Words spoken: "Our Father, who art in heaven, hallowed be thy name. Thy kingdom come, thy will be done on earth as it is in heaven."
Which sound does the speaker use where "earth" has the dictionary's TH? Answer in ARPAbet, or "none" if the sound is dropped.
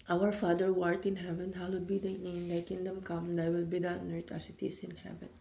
T